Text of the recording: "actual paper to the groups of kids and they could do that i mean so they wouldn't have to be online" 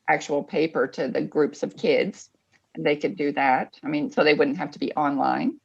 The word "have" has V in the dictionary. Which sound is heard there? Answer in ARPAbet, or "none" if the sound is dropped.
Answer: F